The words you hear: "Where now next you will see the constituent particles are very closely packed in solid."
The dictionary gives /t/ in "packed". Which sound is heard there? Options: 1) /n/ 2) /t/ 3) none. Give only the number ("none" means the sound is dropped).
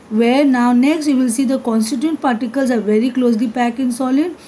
3